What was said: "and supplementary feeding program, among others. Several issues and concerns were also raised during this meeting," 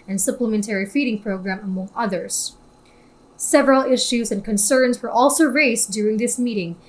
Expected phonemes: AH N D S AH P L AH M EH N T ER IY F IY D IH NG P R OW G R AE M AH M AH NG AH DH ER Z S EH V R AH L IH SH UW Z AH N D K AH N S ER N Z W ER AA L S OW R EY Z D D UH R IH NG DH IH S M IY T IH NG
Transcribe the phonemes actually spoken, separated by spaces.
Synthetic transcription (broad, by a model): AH N S AH P L AH M EH N T ER IY F IY D IH NG P R OW G R AE M AH M AH NG AH DH ER Z S EH V R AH L IH SH UW Z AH N K AH N S ER N Z W ER AA L S OW R EY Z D D UH R IH NG DH IH S M IY T IH NG